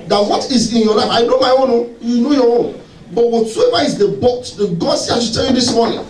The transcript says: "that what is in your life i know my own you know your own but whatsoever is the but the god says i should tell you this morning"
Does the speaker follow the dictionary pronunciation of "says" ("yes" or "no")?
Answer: no